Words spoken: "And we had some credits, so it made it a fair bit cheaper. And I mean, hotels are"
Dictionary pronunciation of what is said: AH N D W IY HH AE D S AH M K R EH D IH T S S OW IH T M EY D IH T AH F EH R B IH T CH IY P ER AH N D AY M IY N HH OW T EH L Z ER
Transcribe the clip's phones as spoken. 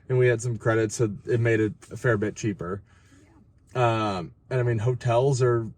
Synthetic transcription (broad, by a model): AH N W IY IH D S AH M K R EH D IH T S S OW IH T M EY D IH T AH F EH R B IH T CH IY P ER AH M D AY M IY N HH OW T EH L Z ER